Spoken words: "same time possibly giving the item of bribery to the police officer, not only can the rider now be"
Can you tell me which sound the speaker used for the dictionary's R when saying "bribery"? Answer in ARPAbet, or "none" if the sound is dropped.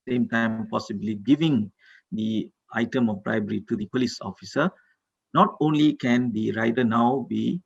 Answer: R